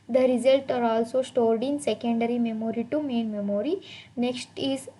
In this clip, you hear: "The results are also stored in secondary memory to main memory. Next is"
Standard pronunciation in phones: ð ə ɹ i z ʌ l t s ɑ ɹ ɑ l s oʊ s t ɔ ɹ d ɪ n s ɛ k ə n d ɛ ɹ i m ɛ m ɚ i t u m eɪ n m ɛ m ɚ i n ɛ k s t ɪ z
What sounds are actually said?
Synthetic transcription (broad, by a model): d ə ɹ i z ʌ l t ɑ ɹ ɑ l s oʊ s t ɔ ɹ d ɪ n s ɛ k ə n d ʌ ɹ i m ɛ m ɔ i t u m eɪ n m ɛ m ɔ i n ɛ k s t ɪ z